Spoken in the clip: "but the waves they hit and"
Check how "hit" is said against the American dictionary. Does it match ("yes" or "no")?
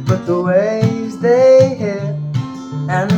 no